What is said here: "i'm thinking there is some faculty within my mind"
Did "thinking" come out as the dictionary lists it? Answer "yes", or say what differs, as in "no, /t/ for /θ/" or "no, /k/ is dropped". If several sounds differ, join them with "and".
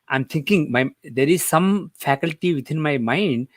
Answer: no, /t/ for /θ/